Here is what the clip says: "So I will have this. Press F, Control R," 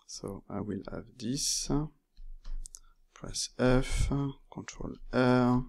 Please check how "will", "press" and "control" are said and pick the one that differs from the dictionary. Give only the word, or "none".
control